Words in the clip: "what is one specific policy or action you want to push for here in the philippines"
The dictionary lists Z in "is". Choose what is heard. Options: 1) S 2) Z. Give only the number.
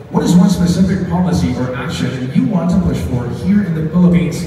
2